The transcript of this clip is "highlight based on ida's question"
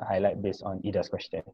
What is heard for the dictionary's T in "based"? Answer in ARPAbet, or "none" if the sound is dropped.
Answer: none